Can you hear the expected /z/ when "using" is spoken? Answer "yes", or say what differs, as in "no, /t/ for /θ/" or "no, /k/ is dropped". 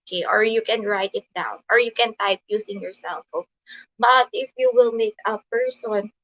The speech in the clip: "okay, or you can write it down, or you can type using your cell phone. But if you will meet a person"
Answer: no, /s/ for /z/